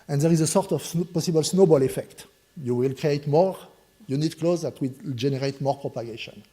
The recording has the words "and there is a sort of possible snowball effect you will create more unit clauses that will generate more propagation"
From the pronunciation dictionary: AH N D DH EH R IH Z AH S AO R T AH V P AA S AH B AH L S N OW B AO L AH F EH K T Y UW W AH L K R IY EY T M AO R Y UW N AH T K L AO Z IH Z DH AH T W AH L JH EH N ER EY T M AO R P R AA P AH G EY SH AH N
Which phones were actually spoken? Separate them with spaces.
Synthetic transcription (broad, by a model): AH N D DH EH R IH Z AH S AO R T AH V P AA S AH B AH L S N OW B AO L AH F EH K T Y UW W AH L K R IY EY T M AO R Y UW N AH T K L AO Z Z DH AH T W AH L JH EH N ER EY T M AO R P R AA P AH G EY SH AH N